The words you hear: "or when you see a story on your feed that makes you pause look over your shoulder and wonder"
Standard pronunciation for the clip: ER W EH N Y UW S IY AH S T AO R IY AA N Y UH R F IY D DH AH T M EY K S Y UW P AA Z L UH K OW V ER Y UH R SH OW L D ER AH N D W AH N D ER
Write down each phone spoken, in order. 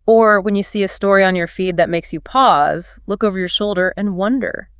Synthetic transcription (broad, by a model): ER W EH N Y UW S IY AH S T AO R IY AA N Y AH R F IY D DH AH T M EY K S Y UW P AA Z L UH K OW V ER Y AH R SH OW L D ER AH N W AH N D ER